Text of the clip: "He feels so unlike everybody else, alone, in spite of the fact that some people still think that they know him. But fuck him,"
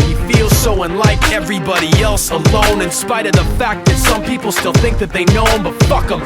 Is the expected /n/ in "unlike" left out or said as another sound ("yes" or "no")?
no